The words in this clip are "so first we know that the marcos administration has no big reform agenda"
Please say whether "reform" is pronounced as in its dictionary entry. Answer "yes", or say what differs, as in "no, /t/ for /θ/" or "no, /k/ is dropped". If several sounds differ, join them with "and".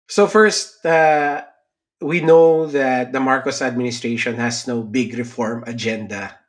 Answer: yes